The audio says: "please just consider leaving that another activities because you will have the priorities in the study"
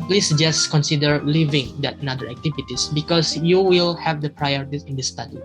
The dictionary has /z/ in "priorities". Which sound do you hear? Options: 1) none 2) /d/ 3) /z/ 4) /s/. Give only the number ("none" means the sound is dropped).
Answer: 1